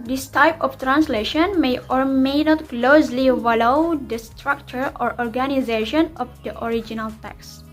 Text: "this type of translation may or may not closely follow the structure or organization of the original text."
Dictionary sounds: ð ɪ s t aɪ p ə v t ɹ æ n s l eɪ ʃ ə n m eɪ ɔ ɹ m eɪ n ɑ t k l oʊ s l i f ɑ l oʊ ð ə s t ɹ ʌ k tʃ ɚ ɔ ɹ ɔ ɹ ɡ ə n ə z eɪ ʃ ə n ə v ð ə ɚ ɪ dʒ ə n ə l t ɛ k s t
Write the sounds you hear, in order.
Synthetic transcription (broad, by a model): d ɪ s t aɪ p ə f t ɹ æ n s l eɪ ʃ ə n m eɪ ɔ ɹ m eɪ n ɑ t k l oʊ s l i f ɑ l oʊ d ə s t ɹ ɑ k tʃ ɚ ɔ ɹ ɔ ɹ ɡ ə n ə z eɪ ʃ ə n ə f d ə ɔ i dʒ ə n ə l t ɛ k s